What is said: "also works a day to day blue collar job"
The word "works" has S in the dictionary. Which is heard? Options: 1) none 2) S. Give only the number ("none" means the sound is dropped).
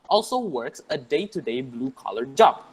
2